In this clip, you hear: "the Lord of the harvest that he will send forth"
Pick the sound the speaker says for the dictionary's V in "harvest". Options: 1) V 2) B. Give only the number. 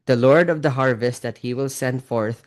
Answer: 1